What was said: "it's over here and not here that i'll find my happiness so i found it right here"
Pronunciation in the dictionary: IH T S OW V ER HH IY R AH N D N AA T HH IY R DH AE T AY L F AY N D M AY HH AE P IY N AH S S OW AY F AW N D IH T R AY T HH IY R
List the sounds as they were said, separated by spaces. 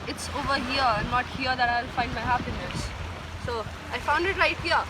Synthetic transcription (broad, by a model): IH T S OW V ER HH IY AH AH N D N AA T HH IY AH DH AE T AY L F AY N D M AY HH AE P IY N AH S S OW AY F AW N D IH T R AY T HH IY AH